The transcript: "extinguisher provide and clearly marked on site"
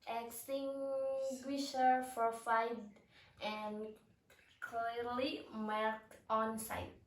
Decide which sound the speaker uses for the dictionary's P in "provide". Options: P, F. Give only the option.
F